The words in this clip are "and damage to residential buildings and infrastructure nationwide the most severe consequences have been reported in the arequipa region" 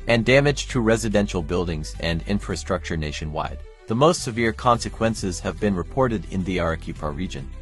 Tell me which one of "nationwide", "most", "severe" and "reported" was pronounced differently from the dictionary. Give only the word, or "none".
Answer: none